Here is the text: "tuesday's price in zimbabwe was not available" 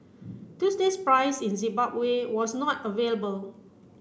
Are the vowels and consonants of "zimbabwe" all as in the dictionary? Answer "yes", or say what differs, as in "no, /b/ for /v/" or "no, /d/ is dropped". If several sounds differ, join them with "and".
no, /m/ is dropped